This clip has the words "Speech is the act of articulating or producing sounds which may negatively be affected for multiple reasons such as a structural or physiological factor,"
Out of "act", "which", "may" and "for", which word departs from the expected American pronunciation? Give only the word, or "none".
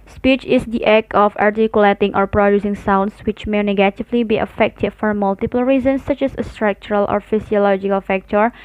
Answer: act